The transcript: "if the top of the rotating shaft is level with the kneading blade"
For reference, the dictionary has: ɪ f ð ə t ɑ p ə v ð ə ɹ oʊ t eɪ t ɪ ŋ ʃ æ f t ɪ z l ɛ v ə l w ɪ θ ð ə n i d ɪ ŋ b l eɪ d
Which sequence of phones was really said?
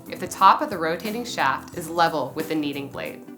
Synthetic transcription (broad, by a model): ɪ f ð ə t ɑ p ə v ð ə ɹ oʊ t eɪ t ɪ ŋ ʃ æ f t ɪ z l ɛ v l w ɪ ð ə n i d ɪ ŋ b l eɪ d